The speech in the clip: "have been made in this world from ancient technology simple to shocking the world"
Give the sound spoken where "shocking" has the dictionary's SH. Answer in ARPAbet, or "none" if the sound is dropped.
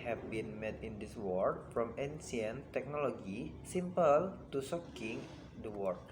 S